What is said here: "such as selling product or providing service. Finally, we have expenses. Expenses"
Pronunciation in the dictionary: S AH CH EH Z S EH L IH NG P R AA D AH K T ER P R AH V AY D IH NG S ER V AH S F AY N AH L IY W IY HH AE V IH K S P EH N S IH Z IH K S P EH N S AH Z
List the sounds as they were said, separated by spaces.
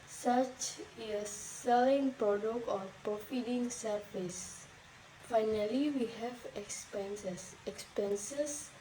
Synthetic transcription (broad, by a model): S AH CH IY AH S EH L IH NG P R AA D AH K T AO P R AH F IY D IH NG S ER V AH S F AY N AH L IY W IY HH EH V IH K S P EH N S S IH K S P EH N S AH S